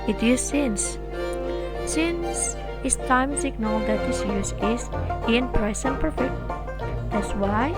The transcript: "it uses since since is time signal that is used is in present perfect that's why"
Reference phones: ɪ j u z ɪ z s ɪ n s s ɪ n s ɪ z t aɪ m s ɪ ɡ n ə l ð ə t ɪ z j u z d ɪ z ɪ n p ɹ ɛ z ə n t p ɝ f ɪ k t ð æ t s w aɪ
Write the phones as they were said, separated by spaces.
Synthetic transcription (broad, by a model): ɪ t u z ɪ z s ɪ n s s ɪ n s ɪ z t aɪ m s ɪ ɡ n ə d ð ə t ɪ s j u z ɪ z ɪ n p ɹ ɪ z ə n p ɝ f ɪ k t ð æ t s w aɪ